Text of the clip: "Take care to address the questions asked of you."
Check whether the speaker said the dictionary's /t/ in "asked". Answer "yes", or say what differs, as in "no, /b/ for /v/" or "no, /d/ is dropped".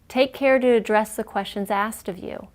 yes